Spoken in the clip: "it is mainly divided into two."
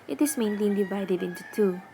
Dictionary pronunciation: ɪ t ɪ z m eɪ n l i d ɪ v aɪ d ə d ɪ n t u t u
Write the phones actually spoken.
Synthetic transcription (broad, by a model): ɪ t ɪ s m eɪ n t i d ɪ v aɪ d ə d ɪ n t u t u